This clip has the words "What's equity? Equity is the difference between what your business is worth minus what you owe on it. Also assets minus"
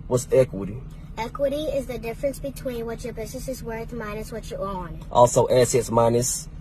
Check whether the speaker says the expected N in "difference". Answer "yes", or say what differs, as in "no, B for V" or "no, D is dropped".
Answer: yes